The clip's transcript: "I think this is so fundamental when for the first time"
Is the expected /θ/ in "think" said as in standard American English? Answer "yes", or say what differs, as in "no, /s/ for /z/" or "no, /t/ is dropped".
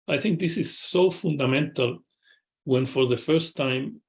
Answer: yes